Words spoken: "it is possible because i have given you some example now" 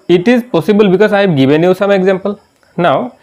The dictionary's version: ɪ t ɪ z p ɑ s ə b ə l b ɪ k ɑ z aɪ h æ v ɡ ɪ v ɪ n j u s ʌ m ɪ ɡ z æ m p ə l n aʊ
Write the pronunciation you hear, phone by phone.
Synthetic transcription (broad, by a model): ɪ t ɪ z p ɑ s ə b ə l b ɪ k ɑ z aɪ ɡ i b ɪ n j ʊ s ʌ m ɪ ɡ z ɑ m p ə l n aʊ